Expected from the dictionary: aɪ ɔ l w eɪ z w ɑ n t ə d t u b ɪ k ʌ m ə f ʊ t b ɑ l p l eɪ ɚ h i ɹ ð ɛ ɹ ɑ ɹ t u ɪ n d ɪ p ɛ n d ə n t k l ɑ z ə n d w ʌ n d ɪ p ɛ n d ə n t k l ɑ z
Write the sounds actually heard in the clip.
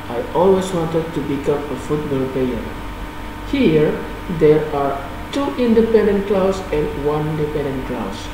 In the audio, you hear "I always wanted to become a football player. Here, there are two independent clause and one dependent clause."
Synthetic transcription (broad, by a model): aɪ ɔ l w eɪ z w ɑ n t ə d t u b ɪ k ʌ m ə f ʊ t b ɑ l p eɪ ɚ h i ɹ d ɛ ɹ ɑ ɹ t u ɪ n d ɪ p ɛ n d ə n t k l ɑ s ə n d w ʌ n d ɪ p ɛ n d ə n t k l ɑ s